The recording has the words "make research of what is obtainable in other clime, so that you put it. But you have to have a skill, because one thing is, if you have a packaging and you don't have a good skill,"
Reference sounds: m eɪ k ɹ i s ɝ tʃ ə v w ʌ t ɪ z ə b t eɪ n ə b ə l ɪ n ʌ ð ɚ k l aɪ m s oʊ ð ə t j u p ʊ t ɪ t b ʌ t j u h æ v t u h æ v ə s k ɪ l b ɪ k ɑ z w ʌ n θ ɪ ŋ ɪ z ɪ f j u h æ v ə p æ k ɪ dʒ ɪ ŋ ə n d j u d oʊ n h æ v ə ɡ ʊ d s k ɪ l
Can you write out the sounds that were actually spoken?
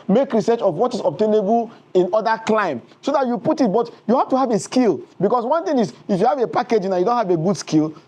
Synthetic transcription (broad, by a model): m eɪ k ɹ i s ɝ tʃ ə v w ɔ t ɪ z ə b t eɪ n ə b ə l ɪ n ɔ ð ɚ k l aɪ m s oʊ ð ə t j u p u t ɪ t b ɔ t j u h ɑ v t u h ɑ v ə s k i l b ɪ k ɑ s w ʌ n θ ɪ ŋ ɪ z ɪ f j u h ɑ v ə p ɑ k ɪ dʒ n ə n j u d oʊ n h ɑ v ə ɡ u d s k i l